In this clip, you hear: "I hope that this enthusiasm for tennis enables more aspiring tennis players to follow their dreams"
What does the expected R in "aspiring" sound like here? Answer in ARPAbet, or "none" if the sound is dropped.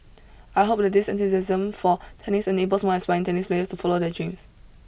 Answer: none